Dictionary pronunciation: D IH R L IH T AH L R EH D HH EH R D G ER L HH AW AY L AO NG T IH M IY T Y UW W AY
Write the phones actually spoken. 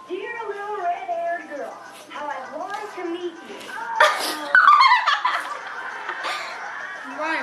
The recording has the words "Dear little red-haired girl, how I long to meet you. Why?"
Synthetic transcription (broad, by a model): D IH R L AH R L R EH D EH R G ER L HH AW AY W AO T IH M IY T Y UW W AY